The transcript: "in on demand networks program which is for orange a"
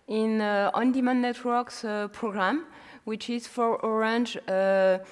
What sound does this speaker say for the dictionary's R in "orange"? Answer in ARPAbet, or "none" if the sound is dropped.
R